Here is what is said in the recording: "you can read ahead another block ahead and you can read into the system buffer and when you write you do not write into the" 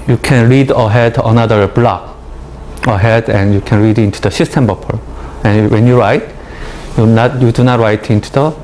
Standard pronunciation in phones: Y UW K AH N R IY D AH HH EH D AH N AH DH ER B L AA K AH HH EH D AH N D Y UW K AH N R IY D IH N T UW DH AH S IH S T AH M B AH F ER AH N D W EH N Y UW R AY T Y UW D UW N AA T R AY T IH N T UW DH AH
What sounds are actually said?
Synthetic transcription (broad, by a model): Y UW K AH N R IY D AH HH EH D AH N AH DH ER B L AA K AH HH EH D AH N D Y UW K AH N R IY D IH N T UW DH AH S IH S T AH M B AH P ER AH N W EH N Y UW R AY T Y UW D UW N AA T R AY T IH N T UW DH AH